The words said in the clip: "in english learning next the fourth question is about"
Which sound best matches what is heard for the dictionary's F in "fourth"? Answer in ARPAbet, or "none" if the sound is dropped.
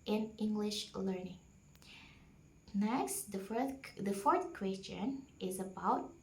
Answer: F